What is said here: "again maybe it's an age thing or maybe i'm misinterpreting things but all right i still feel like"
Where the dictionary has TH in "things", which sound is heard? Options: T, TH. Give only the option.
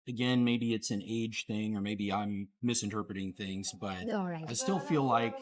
TH